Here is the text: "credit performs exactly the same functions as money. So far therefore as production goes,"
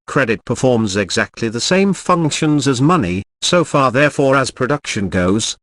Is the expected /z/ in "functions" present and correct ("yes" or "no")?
yes